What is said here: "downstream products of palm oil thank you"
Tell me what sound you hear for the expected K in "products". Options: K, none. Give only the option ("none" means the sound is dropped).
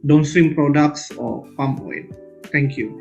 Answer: K